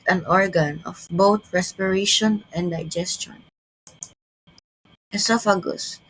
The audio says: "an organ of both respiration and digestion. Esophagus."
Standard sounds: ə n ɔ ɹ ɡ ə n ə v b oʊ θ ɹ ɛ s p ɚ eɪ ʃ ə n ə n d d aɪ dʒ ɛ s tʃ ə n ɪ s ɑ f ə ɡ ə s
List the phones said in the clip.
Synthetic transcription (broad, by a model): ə n ɔ ɹ ɡ ə n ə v b oʊ t ɹ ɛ s p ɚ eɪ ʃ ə n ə n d d aɪ dʒ ɛ s tʃ ə n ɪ s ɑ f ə ɡ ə s